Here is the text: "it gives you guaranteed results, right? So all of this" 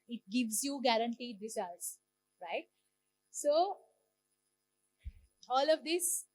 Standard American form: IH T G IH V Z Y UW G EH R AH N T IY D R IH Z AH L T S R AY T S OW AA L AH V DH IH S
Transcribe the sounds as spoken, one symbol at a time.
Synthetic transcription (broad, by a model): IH T G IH V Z Y UW G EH R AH N T IY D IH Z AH T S R AY T S OW AA L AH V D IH S